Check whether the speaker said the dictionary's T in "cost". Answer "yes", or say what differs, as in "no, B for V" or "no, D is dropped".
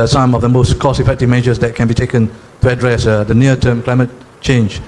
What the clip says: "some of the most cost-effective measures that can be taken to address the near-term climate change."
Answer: no, T is dropped